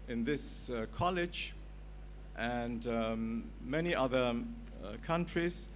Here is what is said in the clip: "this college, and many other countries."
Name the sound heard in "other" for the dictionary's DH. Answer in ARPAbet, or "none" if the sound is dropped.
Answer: DH